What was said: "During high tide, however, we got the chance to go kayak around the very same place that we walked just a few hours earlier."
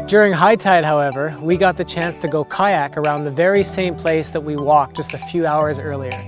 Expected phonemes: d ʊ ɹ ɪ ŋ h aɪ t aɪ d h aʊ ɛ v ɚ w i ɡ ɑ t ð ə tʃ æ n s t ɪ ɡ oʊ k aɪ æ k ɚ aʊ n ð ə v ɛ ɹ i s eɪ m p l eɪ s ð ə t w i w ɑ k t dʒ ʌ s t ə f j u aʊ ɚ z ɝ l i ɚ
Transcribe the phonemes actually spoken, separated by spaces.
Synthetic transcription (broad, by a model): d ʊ ɹ ɪ ŋ h aɪ t aɪ d h aʊ ɛ v ɚ w i ɡ ɑ t ð ə tʃ æ n s t ɪ ɡ oʊ k aɪ æ k ɚ aʊ n ð ə v ɛ ɹ i s eɪ m p l eɪ s ð ə t w i w ɑ k dʒ ʌ s t ə f j u aʊ ɚ z ɝ l i ɚ